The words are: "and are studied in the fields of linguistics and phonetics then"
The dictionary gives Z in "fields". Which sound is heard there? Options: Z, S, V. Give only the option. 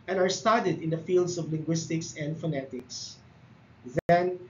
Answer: S